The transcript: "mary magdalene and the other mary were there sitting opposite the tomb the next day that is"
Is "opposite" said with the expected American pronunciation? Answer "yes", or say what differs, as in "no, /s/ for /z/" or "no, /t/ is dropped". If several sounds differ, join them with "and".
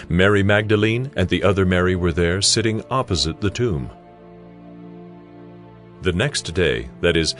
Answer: yes